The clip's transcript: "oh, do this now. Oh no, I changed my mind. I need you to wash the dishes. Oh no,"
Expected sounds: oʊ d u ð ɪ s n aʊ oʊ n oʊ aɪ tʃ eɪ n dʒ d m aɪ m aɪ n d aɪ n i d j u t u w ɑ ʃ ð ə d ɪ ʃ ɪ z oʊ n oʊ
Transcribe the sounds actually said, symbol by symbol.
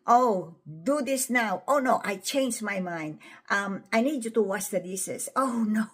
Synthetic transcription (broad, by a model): oʊ d u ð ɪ s n aʊ oʊ n oʊ aɪ tʃ eɪ n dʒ m aɪ m aɪ n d aɪ n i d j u t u w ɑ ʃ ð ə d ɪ s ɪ s oʊ n oʊ